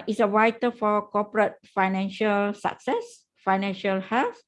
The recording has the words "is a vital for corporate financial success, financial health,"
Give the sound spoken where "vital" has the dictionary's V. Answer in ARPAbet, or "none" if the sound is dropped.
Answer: W